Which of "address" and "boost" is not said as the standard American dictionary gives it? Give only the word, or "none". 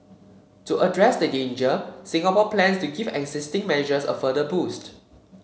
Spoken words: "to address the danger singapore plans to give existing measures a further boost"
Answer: none